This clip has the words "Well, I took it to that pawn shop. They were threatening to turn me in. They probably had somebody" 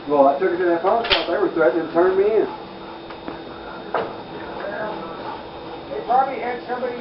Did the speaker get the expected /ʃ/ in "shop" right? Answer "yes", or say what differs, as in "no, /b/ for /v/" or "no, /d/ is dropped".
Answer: no, /s/ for /ʃ/